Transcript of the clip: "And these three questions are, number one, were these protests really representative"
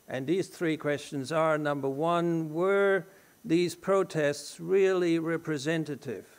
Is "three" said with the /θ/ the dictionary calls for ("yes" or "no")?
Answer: yes